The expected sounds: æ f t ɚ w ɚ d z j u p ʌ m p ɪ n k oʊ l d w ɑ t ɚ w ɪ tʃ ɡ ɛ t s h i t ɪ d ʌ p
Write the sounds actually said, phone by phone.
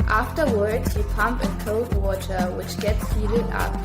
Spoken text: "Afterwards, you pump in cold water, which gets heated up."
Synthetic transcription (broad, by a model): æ f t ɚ w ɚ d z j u p ʌ m p ɪ n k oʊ d w ɑ t ɚ w ɪ tʃ ɡ ɛ t s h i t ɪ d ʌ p